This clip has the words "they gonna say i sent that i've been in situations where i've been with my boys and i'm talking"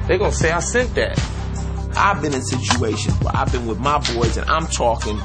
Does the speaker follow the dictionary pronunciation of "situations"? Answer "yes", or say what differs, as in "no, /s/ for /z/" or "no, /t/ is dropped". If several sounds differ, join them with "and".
no, /z/ is dropped